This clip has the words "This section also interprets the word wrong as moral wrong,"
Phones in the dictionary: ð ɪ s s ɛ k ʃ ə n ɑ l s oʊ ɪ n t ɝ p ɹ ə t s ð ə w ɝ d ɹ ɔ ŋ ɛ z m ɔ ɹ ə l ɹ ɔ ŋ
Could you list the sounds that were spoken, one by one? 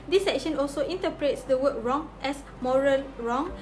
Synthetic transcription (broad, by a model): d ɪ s s ɛ k ʃ ə n ɑ l s oʊ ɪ n t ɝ p ɹ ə t s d ə w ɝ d ɹ ɔ ŋ ɛ s m ɔ ɹ ə l ɹ ɔ ŋ